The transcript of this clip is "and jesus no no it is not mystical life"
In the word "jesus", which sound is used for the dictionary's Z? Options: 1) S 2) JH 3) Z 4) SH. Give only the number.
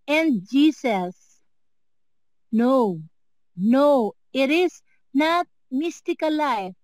1